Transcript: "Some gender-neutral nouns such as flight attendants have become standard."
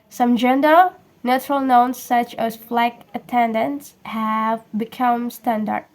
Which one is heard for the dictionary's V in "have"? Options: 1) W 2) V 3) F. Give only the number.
2